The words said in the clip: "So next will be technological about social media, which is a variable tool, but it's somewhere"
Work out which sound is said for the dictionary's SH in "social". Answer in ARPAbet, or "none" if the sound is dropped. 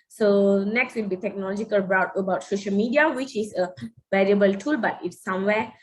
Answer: SH